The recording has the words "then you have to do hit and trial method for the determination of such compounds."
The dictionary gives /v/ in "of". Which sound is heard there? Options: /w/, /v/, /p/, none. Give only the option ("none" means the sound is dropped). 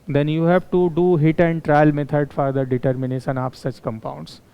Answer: /p/